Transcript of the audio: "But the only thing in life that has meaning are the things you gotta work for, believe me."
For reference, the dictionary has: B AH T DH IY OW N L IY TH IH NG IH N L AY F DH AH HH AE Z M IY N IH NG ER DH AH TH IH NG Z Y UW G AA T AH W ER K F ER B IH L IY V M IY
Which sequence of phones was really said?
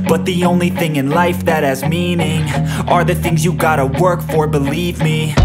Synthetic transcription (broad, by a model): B AH T DH IY OW N L IY TH IH NG IH N L AY F DH AH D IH Z M IY N IH NG ER DH AH TH IH NG Z Y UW G AA T AH W ER K F ER B IH L IY V M IY